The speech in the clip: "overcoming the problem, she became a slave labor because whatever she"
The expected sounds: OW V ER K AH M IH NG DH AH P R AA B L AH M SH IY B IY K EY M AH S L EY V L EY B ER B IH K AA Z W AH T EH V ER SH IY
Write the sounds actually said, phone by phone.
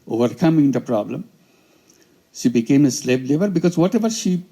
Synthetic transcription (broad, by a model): OW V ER K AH M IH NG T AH P R AA B L AH M SH IY B IY K EY M AH S L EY B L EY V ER B IH K AA Z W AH T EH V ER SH IY